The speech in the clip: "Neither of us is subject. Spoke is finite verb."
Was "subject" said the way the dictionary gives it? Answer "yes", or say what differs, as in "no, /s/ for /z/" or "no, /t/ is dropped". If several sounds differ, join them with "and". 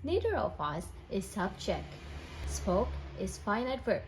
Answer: no, /tʃ/ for /dʒ/